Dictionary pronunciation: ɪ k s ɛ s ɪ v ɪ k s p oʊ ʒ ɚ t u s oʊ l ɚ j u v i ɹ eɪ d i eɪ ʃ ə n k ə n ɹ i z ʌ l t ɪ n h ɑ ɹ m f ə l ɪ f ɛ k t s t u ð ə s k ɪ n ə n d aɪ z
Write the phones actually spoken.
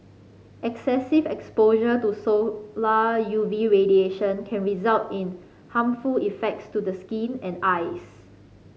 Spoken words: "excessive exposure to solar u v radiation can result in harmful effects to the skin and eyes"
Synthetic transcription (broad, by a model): ɪ k s ɛ s ɪ v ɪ k s p oʊ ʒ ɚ t u s oʊ l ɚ j u v i ɹ eɪ d i eɪ ʃ ə n k ə n ɹ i z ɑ l t ɪ n h ɑ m f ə l ɪ f ɛ k t s t u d ə s k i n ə n aɪ s